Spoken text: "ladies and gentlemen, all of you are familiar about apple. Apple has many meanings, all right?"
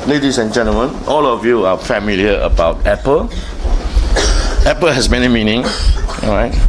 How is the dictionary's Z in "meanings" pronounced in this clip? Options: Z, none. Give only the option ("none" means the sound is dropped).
none